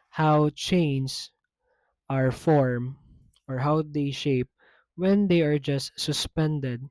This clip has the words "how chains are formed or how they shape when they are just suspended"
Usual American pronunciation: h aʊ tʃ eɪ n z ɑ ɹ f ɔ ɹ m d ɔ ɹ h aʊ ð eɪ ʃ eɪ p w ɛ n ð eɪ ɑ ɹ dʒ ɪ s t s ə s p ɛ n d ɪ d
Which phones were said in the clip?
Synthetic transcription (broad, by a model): h aʊ tʃ eɪ n s ɑ ɹ f ɔ ɹ m ɔ ɹ h aʊ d eɪ ʃ eɪ p w ɛ n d eɪ ɑ ɹ dʒ ɪ s t s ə s p ɛ n d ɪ d